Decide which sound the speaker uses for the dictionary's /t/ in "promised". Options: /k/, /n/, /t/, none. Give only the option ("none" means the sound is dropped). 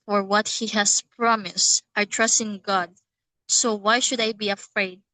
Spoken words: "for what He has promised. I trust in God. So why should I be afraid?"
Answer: /t/